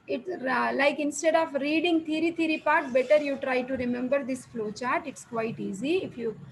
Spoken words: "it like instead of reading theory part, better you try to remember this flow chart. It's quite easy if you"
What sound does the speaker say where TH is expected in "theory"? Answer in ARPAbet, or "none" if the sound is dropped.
T